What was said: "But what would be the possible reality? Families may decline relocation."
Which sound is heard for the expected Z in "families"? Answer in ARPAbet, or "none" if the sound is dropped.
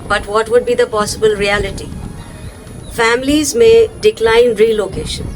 Z